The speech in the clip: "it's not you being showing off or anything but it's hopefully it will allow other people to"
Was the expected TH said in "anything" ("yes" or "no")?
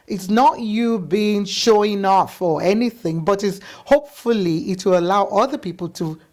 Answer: yes